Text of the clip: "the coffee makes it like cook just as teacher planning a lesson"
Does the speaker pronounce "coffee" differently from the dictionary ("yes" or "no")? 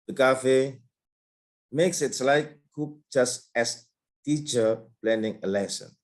no